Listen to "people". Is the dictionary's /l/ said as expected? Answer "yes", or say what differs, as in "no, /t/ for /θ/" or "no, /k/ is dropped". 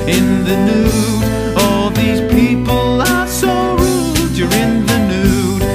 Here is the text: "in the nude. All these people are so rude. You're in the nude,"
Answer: yes